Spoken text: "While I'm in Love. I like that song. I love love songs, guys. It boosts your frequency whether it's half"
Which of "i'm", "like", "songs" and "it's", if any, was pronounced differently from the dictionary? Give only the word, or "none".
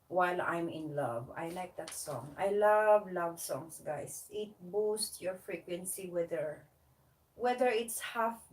songs